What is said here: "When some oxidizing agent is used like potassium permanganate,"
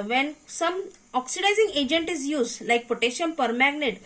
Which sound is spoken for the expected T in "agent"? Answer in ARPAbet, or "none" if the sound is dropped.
T